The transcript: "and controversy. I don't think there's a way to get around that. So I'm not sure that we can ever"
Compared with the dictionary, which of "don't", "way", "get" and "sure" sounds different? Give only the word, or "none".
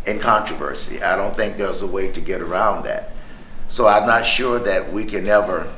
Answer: none